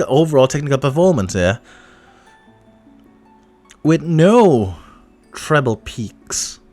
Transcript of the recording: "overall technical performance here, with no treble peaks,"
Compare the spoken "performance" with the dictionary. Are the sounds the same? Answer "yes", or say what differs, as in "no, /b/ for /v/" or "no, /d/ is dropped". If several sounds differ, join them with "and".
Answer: no, /l/ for /ɹ/